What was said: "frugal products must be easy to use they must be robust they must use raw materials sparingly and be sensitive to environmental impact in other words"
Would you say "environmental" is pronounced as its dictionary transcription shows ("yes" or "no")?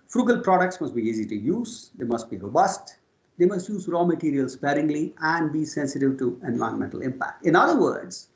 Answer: no